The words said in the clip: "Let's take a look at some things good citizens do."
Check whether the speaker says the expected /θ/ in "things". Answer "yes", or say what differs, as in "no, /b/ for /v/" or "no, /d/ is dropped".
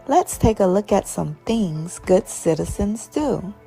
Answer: yes